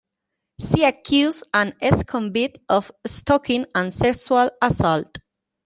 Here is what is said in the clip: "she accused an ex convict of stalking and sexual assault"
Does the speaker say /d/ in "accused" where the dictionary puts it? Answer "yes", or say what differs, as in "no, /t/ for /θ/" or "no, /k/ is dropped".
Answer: no, /d/ is dropped